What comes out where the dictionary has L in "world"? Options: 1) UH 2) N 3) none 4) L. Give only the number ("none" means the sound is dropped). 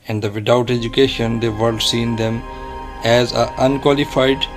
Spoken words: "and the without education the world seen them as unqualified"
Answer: 3